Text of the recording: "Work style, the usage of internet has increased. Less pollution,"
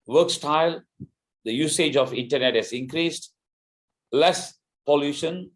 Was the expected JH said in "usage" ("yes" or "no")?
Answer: yes